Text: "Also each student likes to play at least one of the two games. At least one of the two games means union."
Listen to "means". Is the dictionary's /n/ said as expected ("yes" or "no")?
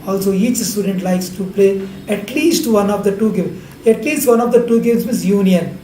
no